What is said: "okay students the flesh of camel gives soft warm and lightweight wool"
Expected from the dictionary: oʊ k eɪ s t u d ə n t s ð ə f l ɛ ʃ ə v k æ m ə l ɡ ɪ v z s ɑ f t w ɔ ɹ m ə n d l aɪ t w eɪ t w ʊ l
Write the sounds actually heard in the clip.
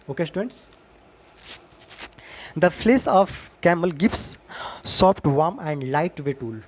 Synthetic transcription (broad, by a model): oʊ k eɪ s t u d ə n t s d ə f l ɛ s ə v k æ m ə l ɡ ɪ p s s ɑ p t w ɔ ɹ m ə n d l aɪ t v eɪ t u l